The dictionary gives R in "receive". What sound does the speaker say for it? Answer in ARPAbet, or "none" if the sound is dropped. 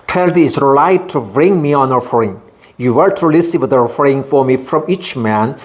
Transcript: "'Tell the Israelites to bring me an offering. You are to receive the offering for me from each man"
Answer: L